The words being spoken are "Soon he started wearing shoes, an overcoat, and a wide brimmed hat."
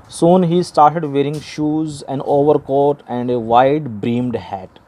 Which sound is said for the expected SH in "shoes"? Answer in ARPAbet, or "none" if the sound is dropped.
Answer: SH